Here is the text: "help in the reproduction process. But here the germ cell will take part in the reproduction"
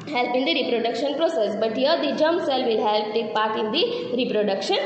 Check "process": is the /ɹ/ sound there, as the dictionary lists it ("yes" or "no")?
yes